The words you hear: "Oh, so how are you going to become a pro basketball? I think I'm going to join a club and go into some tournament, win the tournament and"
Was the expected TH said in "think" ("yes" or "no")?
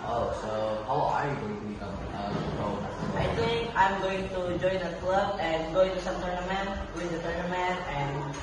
no